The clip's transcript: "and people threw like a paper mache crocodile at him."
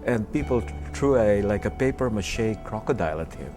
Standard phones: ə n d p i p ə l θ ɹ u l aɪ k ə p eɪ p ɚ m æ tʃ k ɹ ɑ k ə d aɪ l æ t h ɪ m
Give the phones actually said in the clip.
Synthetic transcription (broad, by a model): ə n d p i p l t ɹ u l aɪ k ə p eɪ p ɚ m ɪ ʃ k ɹ ɑ k ə d aɪ l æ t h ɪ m